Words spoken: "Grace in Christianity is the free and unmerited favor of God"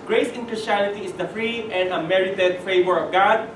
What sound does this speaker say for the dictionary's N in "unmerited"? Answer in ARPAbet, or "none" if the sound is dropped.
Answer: none